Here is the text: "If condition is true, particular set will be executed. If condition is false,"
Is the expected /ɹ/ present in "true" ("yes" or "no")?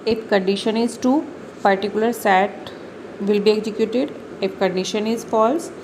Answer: no